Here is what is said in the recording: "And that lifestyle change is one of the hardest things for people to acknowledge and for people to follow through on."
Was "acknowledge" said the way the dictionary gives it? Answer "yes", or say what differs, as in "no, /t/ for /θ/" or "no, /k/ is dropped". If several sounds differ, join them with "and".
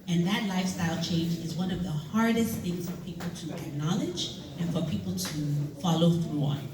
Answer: yes